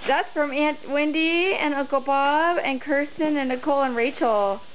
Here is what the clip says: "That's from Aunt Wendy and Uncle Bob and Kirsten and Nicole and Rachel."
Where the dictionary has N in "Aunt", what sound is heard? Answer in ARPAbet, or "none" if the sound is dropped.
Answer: N